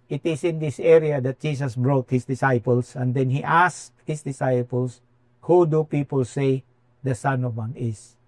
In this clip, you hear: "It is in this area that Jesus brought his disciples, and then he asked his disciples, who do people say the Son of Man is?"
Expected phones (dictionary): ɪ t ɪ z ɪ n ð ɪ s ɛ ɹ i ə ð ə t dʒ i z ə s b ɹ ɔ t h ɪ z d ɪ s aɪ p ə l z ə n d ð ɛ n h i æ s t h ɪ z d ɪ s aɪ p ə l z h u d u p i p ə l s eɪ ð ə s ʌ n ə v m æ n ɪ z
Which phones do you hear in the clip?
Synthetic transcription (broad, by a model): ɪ t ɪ s ɪ n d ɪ s ɛ ɹ i ə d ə t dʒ i s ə s b ɹ ɔ t h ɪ s d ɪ s aɪ p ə l s ə n d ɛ n h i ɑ s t h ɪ s d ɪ s aɪ p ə l s h u d u p i p ə l s eɪ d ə s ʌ n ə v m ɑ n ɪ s